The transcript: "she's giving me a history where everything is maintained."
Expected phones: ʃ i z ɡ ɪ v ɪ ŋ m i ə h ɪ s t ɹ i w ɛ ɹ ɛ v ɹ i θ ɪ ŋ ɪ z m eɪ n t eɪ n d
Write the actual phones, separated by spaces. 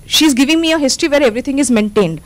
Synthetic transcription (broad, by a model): ʃ i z ɡ ɪ v ɪ ŋ m i ə h ɪ s t ɹ i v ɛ ɹ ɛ v ɹ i t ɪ ŋ ɪ z m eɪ n t eɪ n d